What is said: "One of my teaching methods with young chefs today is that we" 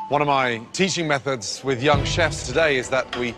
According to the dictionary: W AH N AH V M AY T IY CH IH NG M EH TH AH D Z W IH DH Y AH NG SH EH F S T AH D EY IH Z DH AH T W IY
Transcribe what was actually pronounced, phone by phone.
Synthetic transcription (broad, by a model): W AH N AH V M AY T IY CH IH NG M EH TH AH D Z W IH DH Y AH NG SH EH F S T AH D EY IH Z DH AH T W IY